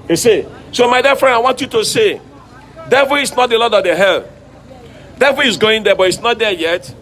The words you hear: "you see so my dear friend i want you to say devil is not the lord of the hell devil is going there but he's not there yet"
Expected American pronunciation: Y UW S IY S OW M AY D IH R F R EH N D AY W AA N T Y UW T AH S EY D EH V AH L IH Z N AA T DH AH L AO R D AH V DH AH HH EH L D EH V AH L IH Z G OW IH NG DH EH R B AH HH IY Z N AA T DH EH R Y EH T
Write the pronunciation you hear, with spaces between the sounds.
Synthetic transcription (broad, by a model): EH S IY S OW M AY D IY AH F R EH N D AY W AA N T Y UW T AH S EY D EH V AH L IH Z N AA T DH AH L AO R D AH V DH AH HH EH L D EH V AH L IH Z G OW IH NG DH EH B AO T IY S N AA T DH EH Y EH T